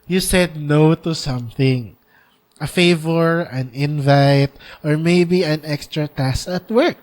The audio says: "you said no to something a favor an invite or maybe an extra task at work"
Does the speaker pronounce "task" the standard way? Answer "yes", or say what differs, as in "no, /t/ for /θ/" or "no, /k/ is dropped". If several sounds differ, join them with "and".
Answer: no, /k/ is dropped